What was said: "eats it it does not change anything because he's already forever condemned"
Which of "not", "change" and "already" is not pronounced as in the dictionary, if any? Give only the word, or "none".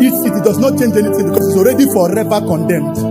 none